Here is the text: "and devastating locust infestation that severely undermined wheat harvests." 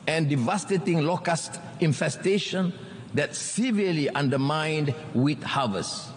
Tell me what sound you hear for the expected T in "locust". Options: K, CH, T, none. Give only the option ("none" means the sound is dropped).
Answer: T